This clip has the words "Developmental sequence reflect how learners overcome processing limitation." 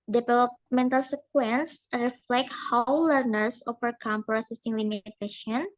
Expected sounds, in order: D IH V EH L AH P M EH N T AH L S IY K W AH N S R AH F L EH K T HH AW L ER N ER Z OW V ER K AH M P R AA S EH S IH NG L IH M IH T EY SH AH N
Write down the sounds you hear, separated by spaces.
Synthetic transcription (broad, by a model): D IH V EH L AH P M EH N T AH L S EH K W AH N S R AH F L EH K T HH AW L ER N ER S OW F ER K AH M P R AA S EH S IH NG L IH M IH T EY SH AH N